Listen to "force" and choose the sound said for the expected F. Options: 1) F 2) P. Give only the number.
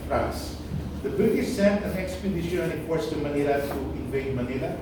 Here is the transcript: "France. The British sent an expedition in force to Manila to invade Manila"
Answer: 2